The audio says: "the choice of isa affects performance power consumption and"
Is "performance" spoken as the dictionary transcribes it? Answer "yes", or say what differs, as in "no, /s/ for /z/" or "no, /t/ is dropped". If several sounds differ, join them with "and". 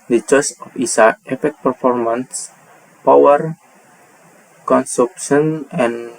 yes